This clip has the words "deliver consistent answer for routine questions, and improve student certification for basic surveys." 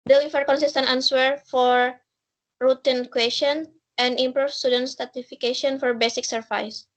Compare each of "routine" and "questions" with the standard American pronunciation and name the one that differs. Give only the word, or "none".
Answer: questions